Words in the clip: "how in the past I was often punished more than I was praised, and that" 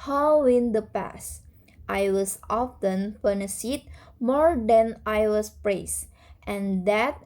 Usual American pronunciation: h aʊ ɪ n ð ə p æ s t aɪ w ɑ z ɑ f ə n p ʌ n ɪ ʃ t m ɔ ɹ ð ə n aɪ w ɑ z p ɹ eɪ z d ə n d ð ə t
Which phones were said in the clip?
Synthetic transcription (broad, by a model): h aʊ ɪ n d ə p æ s t aɪ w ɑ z ɑ f ə n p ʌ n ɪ s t m ɔ ɹ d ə n aɪ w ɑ s p ɹ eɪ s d ə n d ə t